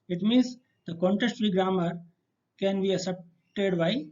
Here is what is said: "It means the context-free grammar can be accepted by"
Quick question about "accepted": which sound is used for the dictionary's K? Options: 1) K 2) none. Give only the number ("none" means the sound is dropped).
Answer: 2